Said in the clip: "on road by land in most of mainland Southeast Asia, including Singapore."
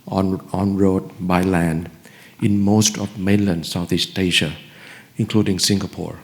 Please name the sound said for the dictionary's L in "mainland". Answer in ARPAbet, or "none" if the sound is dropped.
L